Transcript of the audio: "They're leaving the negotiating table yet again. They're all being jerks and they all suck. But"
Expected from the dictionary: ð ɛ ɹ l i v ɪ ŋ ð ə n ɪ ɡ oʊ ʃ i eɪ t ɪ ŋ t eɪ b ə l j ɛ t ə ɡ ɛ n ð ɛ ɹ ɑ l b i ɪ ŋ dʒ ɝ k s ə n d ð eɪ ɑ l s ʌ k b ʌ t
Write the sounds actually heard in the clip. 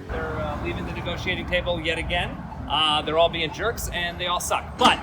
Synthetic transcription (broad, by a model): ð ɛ ɹ l i v ɪ ŋ ð ə n ɪ ɡ oʊ ʃ i eɪ t ɪ ŋ t eɪ b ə l j ɛ t ə ɡ ɛ n ð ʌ ɹ ɑ l b i ɪ ŋ dʒ ɝ k s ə n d ð eɪ ɑ l s ʌ k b ʌ t